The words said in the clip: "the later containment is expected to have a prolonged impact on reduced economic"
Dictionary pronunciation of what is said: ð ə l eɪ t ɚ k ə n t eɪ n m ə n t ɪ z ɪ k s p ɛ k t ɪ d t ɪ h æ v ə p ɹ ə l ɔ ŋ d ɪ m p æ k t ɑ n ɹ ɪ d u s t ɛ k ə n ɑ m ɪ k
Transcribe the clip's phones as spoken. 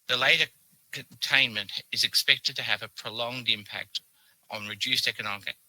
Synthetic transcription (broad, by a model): ð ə l eɪ t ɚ k ə n t eɪ n m ə n t ɪ z ɪ k s p ɛ k t ɪ d t ɪ v ə p ɹ ə l ɔ ŋ d ɪ m p æ k t n ɹ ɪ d u s t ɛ k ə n ɑ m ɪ k